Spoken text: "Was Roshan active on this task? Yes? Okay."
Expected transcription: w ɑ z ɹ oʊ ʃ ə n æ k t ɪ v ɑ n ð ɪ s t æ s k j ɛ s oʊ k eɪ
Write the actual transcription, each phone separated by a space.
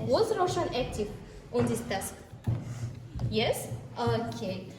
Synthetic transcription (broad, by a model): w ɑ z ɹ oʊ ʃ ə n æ k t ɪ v ɑ n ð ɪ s t æ s k j ɛ s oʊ k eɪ